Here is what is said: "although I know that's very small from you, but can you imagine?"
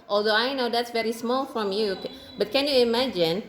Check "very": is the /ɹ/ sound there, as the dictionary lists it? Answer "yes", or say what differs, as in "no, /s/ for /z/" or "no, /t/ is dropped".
yes